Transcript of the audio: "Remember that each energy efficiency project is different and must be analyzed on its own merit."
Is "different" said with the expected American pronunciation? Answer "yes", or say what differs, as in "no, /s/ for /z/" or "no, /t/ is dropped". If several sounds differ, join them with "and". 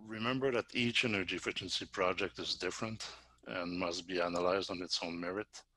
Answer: yes